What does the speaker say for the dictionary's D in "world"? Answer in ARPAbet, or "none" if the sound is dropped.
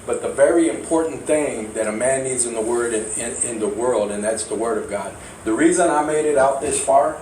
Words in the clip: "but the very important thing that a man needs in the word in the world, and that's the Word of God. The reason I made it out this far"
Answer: D